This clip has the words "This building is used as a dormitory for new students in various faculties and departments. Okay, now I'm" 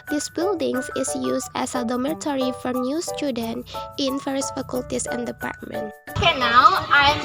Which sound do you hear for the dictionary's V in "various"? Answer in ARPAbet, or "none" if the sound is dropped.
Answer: F